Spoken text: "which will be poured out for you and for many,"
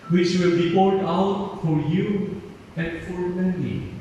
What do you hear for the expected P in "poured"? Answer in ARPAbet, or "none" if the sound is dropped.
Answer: B